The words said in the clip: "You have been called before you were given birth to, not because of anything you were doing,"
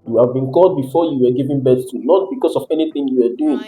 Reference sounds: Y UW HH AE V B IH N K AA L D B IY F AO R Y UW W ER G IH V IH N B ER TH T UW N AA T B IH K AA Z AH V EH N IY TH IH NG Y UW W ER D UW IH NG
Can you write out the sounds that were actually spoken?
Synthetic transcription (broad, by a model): Y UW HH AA V B IH N K AA L D B IY F AO Y UW W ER G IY V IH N B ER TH T UW N AA T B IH K AA S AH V EH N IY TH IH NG Y UW W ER D UW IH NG